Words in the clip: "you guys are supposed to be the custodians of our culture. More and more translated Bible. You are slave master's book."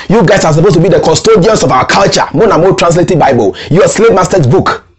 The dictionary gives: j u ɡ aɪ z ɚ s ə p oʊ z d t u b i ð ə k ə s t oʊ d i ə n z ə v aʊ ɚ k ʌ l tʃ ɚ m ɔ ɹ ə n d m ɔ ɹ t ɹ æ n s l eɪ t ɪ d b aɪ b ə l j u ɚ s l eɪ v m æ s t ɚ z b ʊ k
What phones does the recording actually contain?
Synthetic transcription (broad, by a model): j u ɡ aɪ s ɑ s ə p oʊ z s t u b i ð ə k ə s t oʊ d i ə n s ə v aʊ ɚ k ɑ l tʃ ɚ m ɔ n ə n m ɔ t ɹ æ n s l eɪ t ɪ d b aɪ b ə l j u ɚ s l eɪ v m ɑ s t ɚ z b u k